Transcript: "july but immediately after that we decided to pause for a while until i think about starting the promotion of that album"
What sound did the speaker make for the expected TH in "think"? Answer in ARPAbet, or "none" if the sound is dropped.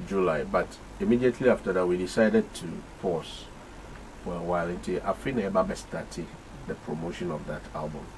F